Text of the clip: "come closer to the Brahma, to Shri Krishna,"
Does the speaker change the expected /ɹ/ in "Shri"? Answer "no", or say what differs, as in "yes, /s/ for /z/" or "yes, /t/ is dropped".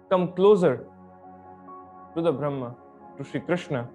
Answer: yes, /ɹ/ is dropped